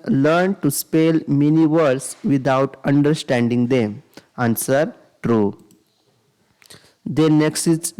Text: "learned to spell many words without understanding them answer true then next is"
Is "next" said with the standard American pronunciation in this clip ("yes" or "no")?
yes